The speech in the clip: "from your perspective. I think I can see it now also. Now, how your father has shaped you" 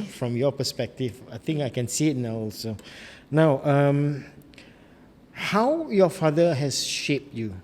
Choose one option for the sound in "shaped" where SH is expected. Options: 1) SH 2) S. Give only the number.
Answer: 1